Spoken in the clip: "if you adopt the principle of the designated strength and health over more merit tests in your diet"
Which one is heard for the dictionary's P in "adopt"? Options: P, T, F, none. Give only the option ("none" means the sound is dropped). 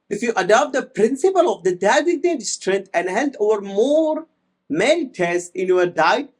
P